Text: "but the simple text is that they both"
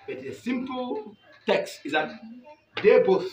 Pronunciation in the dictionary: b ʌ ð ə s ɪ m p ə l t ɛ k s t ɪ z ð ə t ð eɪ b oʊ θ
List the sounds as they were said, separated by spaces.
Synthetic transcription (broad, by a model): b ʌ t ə s ɪ m p ə l t ɛ k s t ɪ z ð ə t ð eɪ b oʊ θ